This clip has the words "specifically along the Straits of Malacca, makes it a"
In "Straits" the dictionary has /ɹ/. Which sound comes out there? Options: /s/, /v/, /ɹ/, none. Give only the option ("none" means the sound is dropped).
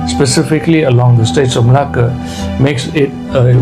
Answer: none